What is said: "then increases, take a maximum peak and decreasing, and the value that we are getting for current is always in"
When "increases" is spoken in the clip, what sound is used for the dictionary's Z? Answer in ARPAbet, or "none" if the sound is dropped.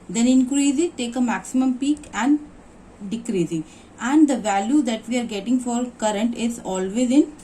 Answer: none